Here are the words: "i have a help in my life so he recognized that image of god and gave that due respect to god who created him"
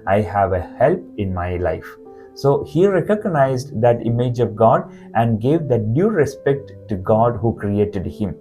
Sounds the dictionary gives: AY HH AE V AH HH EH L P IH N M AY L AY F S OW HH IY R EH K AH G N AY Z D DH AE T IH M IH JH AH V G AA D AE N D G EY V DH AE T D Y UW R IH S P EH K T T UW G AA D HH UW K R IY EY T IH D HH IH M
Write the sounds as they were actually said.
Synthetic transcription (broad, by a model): AY HH AE V AH HH EH L P IH N M AY L AY F S OW HH IY R EH K AH G N AY Z D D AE T IH M IH JH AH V G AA D AE N D G EY V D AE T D Y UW R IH S P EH K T T UW G AA D HH UW K R IY EY T IH D HH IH M